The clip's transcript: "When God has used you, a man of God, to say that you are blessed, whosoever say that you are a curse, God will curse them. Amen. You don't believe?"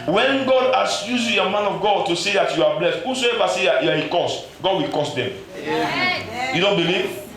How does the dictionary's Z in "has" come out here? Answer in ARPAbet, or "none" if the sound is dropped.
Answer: S